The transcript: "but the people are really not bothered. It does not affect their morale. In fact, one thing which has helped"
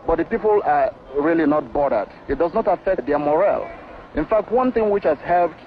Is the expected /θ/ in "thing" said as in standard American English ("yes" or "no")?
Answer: yes